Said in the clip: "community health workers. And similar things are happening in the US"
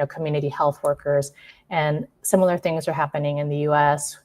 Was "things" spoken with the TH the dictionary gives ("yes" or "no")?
yes